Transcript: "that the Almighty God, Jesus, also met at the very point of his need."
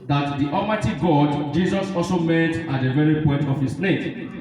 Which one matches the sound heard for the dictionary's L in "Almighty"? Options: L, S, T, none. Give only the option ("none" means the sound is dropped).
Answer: none